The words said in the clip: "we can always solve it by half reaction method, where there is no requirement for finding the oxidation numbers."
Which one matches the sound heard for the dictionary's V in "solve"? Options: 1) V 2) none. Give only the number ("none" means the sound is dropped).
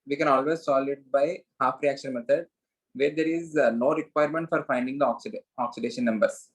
2